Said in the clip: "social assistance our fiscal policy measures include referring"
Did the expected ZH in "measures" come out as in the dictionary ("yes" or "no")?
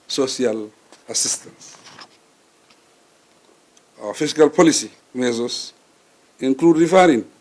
no